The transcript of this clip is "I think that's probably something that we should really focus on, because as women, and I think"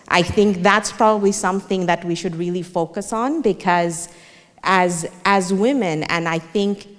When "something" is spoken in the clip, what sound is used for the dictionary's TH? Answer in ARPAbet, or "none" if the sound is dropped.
TH